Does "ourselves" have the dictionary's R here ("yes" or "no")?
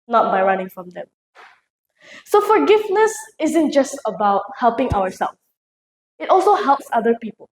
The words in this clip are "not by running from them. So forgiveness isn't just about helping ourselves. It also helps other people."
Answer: no